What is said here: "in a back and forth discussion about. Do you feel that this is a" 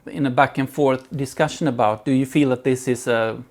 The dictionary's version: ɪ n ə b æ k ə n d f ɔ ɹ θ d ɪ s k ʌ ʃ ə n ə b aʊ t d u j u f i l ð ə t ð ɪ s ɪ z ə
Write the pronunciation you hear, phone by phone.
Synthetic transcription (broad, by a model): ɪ n ə b æ k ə n f ɔ ɹ θ d ɪ s k ʌ ʃ ə n ə b aʊ t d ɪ j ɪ f i l ð ə t ð ɪ s ɪ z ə